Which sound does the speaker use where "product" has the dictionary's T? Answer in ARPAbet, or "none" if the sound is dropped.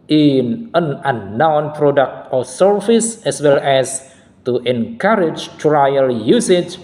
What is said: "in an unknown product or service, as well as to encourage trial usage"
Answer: T